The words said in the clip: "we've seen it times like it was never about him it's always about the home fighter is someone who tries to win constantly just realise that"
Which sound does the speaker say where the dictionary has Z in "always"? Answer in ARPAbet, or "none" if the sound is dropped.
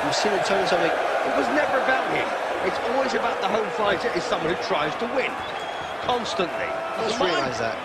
Z